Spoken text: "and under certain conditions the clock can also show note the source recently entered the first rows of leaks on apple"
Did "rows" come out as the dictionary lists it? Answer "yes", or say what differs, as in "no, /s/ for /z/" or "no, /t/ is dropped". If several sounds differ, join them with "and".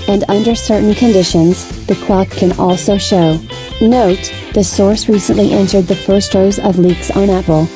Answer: yes